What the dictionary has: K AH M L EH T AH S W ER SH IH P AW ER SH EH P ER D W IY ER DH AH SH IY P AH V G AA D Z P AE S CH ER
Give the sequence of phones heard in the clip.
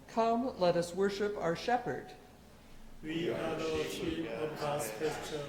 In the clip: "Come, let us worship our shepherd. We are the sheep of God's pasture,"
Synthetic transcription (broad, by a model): K AH M L EH T AH S W ER SH IH P AW ER SH EH P ER D W IY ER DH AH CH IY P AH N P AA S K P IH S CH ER